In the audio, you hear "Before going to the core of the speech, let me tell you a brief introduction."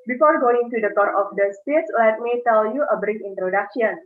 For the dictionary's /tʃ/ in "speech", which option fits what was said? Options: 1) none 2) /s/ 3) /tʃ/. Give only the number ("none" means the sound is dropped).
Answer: 2